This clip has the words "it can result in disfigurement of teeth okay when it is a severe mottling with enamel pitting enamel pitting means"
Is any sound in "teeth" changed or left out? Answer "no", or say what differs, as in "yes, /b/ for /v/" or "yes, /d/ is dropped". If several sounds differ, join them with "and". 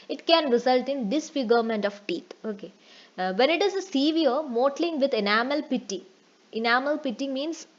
yes, /t/ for /θ/